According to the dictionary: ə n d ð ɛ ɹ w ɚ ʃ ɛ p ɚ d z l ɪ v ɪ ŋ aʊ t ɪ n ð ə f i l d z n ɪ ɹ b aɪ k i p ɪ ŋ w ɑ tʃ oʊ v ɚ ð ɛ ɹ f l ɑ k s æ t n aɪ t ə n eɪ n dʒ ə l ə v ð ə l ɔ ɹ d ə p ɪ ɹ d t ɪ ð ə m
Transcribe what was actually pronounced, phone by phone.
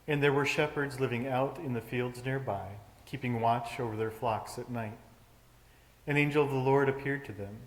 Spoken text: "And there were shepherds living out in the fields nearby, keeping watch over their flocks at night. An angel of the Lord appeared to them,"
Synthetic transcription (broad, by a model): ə n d ð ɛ ɹ w ɚ ʃ ɛ p ɚ d z l ɪ v ɪ ŋ aʊ t ɪ n ð ə f i l d z n ɪ ɹ b aɪ k i p ɪ ŋ w ɑ tʃ oʊ v ɚ ð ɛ ɹ f l ɑ k s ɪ t n aɪ t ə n eɪ n dʒ ə l ə v ð ə l ɔ ɹ d ə p ɪ ɹ d t ɪ ð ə m